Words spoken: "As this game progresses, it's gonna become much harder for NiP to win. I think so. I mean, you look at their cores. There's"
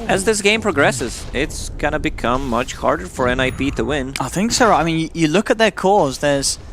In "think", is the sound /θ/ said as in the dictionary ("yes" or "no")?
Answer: yes